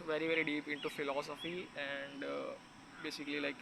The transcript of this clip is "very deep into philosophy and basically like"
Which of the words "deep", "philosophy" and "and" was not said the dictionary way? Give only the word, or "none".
none